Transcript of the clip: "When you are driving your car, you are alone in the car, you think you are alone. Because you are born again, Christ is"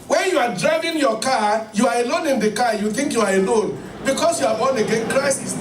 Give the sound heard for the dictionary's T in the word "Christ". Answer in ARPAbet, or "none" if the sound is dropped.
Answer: none